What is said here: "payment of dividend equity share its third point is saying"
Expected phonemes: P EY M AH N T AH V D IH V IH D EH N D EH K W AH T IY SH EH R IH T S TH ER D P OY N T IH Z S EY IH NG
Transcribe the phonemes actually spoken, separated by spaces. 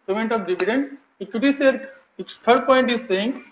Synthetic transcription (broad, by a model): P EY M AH N T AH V D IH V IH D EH N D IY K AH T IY S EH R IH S T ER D P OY N T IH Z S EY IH NG